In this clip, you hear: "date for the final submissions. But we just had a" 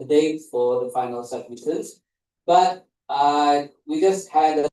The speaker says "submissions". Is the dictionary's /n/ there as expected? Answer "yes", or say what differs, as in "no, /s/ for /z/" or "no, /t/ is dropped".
no, /n/ is dropped